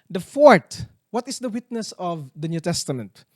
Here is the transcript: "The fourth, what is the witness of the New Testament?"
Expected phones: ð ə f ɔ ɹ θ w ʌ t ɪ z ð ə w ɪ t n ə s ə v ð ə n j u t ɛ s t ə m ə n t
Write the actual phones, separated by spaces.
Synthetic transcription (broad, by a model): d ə f ɔ ɹ t w ʌ t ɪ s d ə w ɪ t n ə s ə v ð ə n j u t ɛ s t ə m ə n t